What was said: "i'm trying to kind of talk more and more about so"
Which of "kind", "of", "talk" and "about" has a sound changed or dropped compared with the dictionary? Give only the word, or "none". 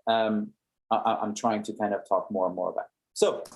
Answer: of